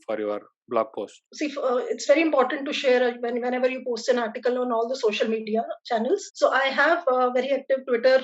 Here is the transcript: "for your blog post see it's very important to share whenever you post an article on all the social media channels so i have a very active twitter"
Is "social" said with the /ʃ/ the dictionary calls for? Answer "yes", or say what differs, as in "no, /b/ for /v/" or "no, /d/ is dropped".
yes